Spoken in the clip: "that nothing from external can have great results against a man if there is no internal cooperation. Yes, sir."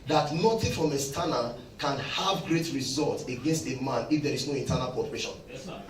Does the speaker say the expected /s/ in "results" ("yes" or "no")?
no